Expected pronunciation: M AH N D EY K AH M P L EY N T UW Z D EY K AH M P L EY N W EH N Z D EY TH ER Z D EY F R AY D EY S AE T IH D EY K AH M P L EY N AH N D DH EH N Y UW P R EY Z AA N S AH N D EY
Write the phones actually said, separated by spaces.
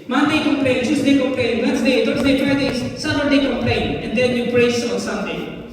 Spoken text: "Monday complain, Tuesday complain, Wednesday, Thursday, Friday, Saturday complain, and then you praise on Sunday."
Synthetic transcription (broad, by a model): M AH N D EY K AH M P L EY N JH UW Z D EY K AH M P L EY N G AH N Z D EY T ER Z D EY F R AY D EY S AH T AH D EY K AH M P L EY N AH N D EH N Y UW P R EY S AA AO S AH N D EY